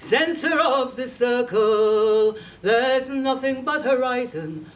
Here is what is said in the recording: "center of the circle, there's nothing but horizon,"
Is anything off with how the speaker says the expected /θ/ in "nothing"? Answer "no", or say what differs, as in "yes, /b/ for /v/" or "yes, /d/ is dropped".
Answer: no